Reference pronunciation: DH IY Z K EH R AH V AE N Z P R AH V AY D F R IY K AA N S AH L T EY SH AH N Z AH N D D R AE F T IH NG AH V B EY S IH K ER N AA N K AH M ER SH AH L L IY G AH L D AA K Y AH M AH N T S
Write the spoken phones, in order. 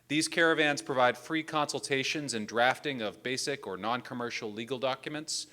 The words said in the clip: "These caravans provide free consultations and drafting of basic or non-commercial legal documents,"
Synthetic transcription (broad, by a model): DH IY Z K EH R AH V AE N Z P R AH V AY D F R IY K AA N S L T EY SH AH N Z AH N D D R AE F T IH NG AH V B EY S IH K ER N AA N K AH M ER SH L L IY G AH L D AA K Y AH M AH N T S